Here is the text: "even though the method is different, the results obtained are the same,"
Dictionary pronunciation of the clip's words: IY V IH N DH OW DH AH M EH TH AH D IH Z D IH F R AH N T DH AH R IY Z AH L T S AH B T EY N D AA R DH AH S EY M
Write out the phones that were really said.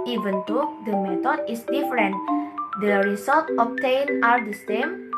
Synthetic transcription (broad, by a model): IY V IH N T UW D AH M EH T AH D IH S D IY F R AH N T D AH R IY S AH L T AH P T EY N AA R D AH S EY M